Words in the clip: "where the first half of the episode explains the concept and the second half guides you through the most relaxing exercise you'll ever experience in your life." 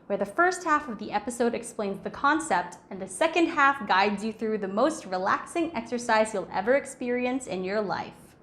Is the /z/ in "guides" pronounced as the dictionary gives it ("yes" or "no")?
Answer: yes